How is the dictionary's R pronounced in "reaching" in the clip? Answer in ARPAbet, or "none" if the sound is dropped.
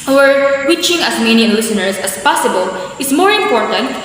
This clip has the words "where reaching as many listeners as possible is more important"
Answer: W